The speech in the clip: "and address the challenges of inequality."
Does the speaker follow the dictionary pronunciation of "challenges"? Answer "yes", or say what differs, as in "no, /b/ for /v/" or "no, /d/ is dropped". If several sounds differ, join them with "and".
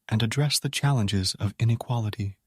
yes